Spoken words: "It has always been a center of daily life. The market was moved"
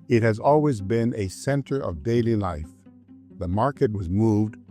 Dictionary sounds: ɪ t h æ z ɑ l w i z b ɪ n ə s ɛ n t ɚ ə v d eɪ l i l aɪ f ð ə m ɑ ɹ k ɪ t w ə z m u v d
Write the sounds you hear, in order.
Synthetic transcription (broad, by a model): ɪ t h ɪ z ɑ l w i z b ɪ n ə s ɛ n t ɚ ə v d eɪ l i l aɪ f ð ə m ɑ ɹ k ɪ t w ə z m u v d